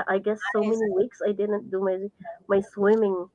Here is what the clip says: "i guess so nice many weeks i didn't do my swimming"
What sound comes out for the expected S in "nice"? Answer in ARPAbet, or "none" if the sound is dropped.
none